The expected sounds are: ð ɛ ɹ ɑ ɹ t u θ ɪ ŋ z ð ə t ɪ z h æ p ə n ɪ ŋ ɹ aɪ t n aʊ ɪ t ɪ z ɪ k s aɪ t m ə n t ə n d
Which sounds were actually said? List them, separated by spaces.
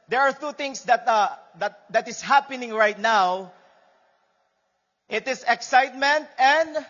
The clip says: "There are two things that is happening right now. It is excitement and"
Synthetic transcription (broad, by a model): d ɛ ɹ ɑ ɹ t u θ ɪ ŋ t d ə t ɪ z h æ p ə n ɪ ŋ ɹ aɪ t n aʊ ɪ t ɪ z ɪ k s aɪ t m ə n t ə n d